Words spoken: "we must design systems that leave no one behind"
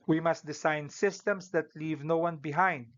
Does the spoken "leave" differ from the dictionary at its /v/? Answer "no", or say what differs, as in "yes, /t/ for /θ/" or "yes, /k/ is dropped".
no